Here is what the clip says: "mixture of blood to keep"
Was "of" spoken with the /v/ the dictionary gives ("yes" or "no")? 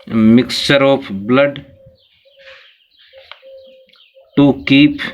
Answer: no